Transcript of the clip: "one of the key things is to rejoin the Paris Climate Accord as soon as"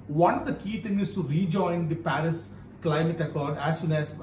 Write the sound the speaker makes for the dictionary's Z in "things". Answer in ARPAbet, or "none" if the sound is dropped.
none